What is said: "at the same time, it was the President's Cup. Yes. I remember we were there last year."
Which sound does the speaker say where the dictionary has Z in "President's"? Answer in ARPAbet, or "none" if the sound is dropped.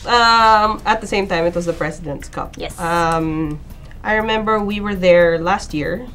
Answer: S